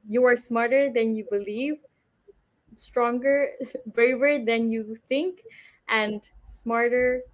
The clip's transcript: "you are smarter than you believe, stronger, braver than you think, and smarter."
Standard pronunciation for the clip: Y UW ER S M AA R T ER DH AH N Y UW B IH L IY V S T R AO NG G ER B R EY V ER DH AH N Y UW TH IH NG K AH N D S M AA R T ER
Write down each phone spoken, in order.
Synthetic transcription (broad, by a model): Y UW ER S M AA R T ER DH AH N Y UW B IH L IY V S T R AO NG G ER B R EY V ER DH AH N Y UW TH IH NG K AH N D S M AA R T ER